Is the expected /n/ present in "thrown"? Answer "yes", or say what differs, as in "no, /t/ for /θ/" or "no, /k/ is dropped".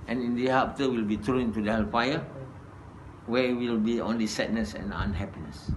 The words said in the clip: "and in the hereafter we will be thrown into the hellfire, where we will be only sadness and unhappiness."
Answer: no, /n/ is dropped